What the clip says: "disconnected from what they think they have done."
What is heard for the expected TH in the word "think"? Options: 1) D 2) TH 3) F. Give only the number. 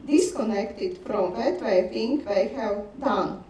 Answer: 3